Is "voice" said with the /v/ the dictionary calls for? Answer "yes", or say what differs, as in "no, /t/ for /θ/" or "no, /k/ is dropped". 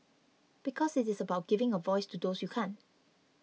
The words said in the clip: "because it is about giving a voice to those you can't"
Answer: yes